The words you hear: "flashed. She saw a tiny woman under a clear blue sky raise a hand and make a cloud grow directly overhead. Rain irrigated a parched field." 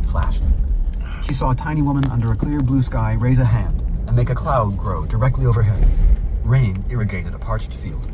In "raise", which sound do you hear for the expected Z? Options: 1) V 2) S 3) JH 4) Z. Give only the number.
4